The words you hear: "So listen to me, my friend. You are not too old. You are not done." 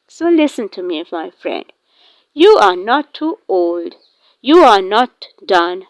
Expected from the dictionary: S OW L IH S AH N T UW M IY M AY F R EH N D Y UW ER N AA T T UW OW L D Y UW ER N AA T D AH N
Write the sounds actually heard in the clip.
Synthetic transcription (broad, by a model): S OW L IH S AH N T UW M IY M AY F R EH N D Y UW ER N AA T T UW OW L D Y UW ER N AA T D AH N